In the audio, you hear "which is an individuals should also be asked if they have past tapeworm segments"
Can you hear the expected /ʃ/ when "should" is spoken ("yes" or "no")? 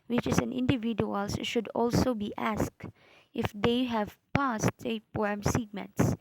yes